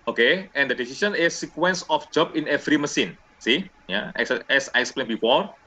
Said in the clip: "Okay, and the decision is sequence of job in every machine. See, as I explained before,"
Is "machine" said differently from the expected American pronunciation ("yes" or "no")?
yes